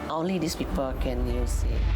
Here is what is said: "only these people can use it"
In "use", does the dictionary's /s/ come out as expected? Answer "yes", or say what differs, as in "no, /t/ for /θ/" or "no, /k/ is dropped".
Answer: yes